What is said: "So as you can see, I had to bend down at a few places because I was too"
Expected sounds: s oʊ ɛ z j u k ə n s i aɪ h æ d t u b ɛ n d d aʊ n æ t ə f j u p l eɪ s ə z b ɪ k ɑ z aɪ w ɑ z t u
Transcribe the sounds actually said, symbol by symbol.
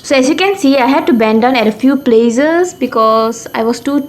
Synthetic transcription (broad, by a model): s oʊ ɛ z j u k ə n s i aɪ h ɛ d t u b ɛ n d d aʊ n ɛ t ə f j u p l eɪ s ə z b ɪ k ɑ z aɪ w ɑ s t u